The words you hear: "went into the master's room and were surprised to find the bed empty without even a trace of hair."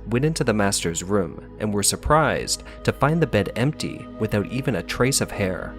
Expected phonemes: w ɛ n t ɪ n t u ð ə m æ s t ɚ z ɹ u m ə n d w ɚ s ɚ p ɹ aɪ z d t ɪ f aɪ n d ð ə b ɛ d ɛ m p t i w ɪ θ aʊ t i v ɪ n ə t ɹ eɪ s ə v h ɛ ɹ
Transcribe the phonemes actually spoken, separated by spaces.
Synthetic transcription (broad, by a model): w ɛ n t ɪ n t u ð ə m æ s t ɚ z ɹ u m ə n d w ɚ s ɚ p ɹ aɪ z t ɪ f aɪ n ð ə b ɛ d ɛ m p t i w ɪ θ aʊ t i v ɪ n ə t ɹ eɪ s ə v h ɛ ɹ